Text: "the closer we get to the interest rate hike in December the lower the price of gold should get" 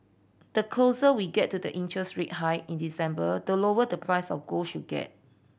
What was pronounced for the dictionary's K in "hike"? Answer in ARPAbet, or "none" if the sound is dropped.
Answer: none